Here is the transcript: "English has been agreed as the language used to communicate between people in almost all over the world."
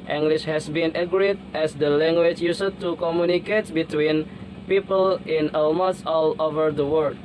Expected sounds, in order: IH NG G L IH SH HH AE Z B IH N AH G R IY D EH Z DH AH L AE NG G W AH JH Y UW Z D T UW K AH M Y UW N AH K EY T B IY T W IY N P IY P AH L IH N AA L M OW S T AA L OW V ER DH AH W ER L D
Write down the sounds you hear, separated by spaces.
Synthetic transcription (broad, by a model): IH NG G L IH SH HH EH S B IH N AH G R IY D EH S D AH L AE NG G W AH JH Y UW S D T UW K AH M Y UW N AH K EY T B IY T W IY N P IY P AH L IH N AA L M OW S AA L OW V ER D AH W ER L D